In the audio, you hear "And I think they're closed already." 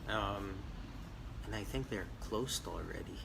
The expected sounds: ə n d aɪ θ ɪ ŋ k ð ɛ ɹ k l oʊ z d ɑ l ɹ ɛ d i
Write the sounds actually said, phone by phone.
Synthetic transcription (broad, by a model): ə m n aɪ θ ɪ ŋ k ð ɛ ɹ k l oʊ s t l ɹ ɛ d i